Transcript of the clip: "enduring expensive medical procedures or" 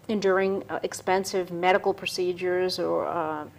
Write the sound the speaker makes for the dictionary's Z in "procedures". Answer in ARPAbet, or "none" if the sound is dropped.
Z